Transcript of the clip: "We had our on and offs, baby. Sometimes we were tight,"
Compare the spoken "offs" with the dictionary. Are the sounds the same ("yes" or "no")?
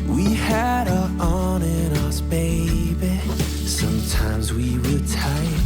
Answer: no